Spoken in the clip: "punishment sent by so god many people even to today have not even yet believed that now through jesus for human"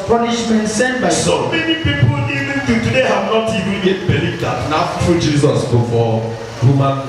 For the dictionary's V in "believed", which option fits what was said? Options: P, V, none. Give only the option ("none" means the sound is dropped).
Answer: none